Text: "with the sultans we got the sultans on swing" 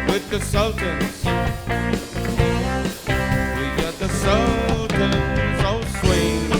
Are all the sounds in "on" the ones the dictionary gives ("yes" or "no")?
no